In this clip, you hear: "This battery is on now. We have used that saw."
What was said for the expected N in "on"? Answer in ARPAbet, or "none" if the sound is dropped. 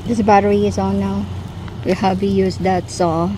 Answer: L